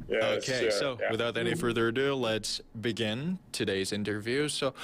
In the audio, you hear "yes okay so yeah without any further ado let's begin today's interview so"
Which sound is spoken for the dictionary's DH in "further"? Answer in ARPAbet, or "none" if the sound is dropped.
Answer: DH